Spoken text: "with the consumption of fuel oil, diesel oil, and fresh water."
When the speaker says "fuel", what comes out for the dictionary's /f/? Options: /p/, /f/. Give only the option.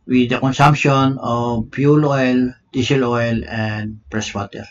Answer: /p/